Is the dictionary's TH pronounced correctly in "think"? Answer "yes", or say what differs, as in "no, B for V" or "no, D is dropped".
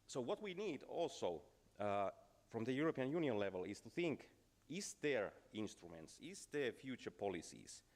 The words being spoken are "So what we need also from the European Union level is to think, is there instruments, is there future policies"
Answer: yes